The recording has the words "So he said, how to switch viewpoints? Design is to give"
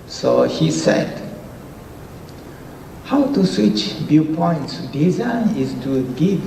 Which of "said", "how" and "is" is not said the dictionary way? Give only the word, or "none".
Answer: is